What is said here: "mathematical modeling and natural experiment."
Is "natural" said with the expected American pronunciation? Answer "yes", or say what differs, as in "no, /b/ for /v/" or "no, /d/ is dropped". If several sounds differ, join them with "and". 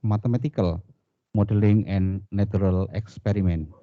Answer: no, /tʃ/ is dropped